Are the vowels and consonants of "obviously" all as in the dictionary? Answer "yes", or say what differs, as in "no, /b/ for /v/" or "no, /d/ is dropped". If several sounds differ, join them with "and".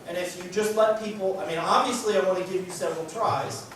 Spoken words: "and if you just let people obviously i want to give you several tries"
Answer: no, /v/ is dropped